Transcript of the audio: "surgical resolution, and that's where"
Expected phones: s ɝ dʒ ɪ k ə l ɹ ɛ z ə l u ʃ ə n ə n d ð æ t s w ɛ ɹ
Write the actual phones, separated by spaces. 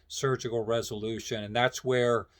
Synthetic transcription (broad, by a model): s ɝ dʒ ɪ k l ɹ ɛ z ə l u ʃ ə n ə n ð æ t s w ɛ ɹ